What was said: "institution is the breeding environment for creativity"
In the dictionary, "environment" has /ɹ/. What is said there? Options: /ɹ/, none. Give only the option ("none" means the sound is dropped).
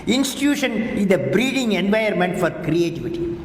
none